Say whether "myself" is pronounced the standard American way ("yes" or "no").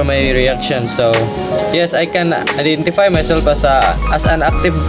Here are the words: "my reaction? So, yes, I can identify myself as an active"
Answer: no